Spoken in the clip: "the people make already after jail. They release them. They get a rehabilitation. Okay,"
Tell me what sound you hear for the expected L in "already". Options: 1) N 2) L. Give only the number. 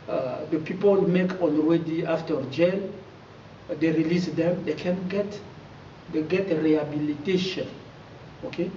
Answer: 1